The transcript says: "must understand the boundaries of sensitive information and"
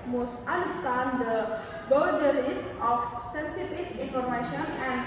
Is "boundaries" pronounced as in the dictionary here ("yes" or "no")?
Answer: no